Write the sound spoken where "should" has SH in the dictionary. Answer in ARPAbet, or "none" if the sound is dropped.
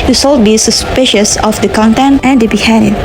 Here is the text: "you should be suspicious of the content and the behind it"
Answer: S